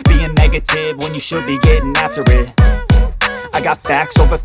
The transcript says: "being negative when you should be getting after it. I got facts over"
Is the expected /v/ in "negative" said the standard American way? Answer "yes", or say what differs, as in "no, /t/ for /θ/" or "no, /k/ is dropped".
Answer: yes